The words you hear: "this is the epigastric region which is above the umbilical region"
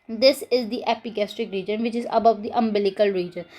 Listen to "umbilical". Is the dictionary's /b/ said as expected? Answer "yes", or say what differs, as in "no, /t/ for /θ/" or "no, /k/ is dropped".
yes